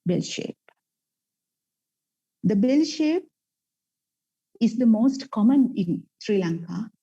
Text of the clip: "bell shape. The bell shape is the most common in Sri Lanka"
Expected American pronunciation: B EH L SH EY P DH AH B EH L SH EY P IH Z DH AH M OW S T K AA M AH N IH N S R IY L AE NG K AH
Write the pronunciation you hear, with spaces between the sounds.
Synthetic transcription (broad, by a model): B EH L SH EY P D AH B EH L SH EY P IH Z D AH M OW S T K AA M AH N IH N S R IY L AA NG K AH